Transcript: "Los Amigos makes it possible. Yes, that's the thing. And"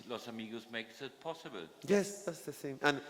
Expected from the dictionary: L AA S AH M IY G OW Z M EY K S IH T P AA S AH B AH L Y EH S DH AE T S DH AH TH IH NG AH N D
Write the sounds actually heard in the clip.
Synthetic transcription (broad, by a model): L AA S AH M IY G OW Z M EY K S IH T P AA S AH B AH L Y EH S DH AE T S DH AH S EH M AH N